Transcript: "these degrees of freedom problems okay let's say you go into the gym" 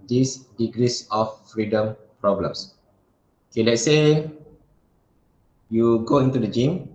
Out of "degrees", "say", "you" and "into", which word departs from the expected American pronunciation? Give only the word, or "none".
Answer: degrees